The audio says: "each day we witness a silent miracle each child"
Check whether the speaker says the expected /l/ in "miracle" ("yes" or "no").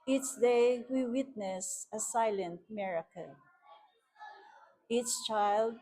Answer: no